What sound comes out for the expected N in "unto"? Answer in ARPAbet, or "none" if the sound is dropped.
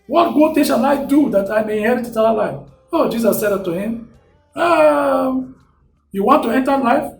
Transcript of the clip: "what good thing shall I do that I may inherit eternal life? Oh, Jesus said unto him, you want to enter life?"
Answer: none